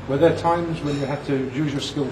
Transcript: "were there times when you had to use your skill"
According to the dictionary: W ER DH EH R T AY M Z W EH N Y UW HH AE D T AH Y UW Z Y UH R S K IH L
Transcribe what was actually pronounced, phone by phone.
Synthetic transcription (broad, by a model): W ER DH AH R T AY M Z W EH N Y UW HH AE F T AH Y UW Z Y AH R S K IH L